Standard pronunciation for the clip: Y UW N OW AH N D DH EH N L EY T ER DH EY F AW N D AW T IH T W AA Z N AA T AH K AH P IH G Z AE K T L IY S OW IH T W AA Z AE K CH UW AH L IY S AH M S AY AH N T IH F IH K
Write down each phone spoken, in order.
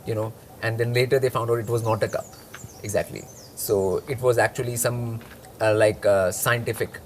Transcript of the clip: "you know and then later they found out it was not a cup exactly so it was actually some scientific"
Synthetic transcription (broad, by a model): Y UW N OW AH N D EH N L EY T ER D EY F AW N D AW T IH T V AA Z N AA T AH K AH P IH G Z AE K T L IY S OW IH T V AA Z AE K CH UW AH L IY S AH M S AY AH N T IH F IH K